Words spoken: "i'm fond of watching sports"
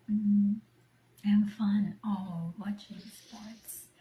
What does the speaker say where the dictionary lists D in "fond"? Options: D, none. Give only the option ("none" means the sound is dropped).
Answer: none